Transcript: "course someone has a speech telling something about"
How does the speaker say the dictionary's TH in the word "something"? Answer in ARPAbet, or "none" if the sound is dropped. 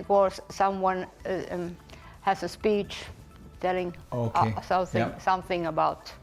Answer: TH